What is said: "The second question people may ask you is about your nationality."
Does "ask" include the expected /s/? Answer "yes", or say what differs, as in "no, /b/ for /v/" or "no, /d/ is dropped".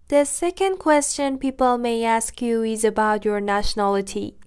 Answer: yes